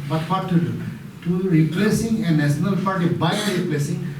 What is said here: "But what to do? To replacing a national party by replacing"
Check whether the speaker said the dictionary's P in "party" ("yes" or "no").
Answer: no